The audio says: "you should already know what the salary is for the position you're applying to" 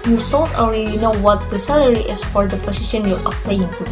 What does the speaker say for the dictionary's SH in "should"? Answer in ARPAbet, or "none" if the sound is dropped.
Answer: S